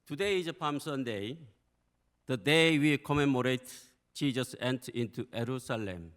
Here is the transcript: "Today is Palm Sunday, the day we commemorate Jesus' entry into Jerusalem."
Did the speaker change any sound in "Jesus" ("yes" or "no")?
yes